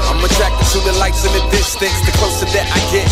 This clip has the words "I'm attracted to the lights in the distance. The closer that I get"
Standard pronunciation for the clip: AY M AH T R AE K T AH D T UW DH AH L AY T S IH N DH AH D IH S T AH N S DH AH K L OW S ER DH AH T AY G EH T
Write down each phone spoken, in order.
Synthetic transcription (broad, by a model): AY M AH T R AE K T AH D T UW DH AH L AY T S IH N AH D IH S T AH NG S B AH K OW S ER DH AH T AY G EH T